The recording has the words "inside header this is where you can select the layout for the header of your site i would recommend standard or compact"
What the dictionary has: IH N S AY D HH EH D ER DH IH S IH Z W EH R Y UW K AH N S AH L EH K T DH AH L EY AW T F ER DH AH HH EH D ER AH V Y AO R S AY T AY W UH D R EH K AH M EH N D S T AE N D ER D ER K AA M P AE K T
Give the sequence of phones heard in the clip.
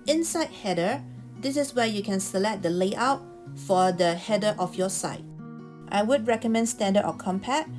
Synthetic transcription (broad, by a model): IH N S AY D HH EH D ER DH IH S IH S W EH Y UW K AH N S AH L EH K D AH L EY AW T F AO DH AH HH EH D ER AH F Y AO S AY T AY W UH D R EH K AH M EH N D S T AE N D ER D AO K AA M P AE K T